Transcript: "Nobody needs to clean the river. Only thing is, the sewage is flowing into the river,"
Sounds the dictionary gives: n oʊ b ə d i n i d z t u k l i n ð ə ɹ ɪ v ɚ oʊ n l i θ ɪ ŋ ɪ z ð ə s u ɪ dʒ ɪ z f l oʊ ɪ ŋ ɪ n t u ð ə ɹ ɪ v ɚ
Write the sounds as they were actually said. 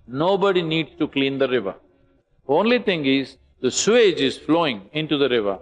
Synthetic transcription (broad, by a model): n oʊ b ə d i n i d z t u k l i n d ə ɹ ɪ v ɚ oʊ n l i t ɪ ŋ ɪ z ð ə s u ɪ dʒ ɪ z f l oʊ ɪ ŋ ɪ n t u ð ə ɹ ɪ v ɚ